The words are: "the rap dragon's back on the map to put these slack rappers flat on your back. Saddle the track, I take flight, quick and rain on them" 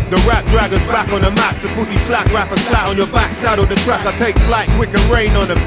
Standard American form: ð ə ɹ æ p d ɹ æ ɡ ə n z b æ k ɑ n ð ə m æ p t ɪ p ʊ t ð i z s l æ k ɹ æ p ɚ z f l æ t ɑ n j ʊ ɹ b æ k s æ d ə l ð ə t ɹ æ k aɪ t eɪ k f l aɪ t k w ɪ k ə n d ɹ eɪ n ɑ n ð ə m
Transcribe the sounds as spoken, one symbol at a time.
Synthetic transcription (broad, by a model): ð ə ɹ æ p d ɹ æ ɡ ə z b æ k n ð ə m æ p t ɪ p ʊ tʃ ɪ s l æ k ɹ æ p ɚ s l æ t n j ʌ ɹ b æ k s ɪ d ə ð ə t ɹ æ k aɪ t eɪ k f l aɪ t k w ɪ k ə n ɹ eɪ n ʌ n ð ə